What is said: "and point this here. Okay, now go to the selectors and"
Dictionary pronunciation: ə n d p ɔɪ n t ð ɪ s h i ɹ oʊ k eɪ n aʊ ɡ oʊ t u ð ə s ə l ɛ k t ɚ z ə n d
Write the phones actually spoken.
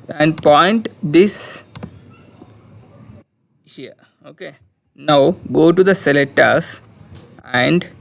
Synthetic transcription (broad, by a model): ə n d p ɔɪ n t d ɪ s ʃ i oʊ k eɪ n aʊ ɡ oʊ t u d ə s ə l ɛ t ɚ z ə n d